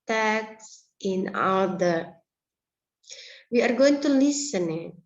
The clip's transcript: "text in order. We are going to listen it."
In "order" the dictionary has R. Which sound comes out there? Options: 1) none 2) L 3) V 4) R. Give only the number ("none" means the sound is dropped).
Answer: 2